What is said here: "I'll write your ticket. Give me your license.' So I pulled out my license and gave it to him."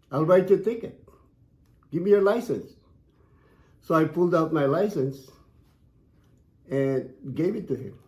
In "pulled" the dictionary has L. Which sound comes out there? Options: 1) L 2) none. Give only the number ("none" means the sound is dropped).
1